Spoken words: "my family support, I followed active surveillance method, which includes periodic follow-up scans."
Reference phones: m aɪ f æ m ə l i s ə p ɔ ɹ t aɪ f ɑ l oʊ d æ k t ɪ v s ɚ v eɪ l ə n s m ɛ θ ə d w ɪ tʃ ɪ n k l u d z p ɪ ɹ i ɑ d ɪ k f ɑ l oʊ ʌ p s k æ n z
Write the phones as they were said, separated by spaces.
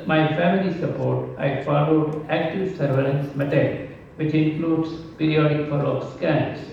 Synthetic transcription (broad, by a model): m aɪ f æ m ə l i s ə p ɔ ɹ t aɪ f ɑ l oʊ d æ k t ɪ v s ɚ v eɪ l ə n s m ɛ t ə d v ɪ tʃ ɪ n k l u d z p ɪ ɹ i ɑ d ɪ k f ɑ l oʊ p s k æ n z